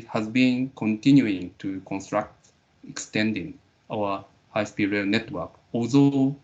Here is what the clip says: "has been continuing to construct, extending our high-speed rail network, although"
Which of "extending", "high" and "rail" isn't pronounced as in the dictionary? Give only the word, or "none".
none